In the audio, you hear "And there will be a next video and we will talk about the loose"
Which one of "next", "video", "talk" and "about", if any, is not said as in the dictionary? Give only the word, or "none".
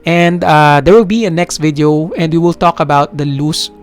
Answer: none